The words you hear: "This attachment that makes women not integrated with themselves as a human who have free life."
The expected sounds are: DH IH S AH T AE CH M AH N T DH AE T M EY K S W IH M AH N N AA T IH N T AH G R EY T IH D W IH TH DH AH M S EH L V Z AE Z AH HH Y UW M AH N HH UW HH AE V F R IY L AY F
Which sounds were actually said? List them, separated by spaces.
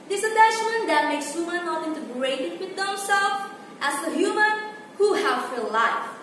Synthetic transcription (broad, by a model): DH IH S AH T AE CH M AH N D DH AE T M EY K S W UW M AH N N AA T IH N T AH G R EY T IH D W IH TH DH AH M S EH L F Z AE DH AH HH Y UW M AH N HH UW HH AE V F IY L AY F